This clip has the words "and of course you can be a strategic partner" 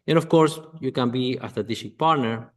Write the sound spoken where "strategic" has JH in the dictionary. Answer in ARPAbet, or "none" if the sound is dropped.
SH